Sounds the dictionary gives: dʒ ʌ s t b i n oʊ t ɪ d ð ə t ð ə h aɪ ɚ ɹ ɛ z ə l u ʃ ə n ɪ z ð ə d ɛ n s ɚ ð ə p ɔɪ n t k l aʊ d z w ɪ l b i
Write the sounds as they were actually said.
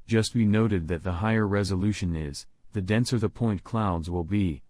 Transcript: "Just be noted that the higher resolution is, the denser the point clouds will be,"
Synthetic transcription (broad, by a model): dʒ ʌ s t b i n oʊ t ɪ d ð ə t ð ə h aɪ ɚ ɹ ɛ z ə l u ʃ ə n ɪ z ð ə d ɛ n s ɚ ð ə p ɔɪ n k l aʊ d z w ɪ l b i